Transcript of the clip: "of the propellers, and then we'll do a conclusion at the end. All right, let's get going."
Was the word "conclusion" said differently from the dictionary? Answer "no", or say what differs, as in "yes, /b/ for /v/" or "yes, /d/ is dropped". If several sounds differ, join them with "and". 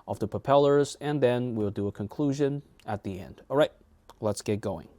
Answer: no